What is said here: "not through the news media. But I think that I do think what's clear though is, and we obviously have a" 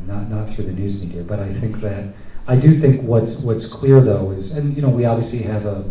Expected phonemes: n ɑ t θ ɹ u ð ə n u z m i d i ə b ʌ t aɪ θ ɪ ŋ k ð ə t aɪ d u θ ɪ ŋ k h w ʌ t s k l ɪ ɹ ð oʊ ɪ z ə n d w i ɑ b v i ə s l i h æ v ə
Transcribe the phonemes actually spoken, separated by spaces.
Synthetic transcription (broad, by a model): n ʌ t θ ɹ u ð ə n u z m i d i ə b ʌ t aɪ θ ɪ ŋ k ð ə t aɪ d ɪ θ ɪ ŋ k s w ʌ t s k l ɪ ɹ ð oʊ ɪ z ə n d w i ɑ b v i ə s l i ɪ v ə